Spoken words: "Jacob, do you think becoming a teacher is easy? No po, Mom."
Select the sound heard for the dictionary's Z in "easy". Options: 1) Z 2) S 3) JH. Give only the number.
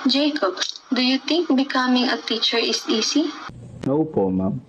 2